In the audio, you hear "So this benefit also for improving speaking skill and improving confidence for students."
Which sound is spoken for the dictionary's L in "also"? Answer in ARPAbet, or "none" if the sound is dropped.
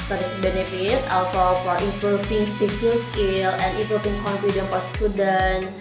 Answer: L